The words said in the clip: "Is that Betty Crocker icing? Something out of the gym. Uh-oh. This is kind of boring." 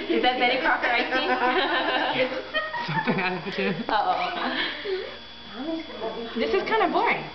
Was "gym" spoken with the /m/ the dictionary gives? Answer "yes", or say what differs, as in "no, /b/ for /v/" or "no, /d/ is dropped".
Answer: no, /m/ is dropped